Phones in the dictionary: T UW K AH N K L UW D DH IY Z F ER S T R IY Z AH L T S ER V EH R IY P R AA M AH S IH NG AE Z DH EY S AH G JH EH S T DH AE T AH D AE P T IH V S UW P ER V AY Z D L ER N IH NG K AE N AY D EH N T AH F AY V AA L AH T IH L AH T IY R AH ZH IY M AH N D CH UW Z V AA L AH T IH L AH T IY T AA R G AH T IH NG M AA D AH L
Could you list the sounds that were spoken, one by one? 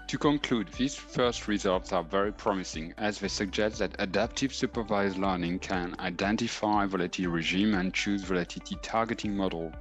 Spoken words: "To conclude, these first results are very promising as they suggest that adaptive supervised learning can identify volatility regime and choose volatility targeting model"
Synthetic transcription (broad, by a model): T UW K AH N K L UW D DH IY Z F ER S T R IY Z AH L T S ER V EH R IY P R AA M AH S IH NG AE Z DH EY S AH G JH EH S T DH AE T AH D AE P T IH V S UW P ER V AY Z L ER N IH NG K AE N AY D EH N T AH F AY V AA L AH L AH T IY R AH ZH IY M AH N CH UW Z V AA L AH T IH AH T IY T AA R G AH T IH NG M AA D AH L